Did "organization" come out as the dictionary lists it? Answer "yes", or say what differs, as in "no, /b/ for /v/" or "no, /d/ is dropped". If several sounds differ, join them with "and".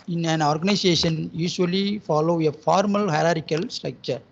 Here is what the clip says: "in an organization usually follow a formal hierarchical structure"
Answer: no, /s/ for /z/